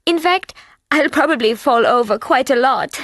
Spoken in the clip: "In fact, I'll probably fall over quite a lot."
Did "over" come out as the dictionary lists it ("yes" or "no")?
yes